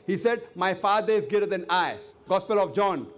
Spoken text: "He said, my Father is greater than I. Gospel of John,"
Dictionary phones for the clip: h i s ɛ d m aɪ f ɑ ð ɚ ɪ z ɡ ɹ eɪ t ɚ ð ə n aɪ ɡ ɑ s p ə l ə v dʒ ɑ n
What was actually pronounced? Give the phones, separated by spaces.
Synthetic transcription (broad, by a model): h i s ɛ d m aɪ f ɑ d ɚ ɪ z ɡ eɪ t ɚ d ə n aɪ ɡ ɑ s p ə l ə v dʒ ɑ n